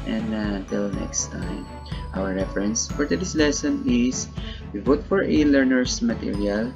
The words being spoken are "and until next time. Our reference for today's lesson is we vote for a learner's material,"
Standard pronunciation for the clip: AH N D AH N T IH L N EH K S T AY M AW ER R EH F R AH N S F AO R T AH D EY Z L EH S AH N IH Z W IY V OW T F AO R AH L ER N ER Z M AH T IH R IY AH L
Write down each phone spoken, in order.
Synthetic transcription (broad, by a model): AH N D AH N T IH L N EH K S T AY M AW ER R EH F R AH N S F AO R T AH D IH S L EH S AH N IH S W IY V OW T F AO R AH L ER N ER S M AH T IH R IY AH L